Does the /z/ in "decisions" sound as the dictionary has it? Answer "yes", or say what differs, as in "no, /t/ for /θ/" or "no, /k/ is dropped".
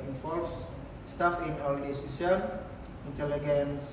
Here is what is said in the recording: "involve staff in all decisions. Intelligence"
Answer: no, /z/ is dropped